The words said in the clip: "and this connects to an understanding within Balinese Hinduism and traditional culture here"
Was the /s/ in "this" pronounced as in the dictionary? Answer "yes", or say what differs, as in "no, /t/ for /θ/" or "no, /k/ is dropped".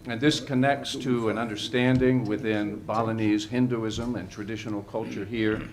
yes